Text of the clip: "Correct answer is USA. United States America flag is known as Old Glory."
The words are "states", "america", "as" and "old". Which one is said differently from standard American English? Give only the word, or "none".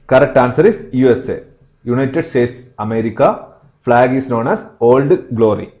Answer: as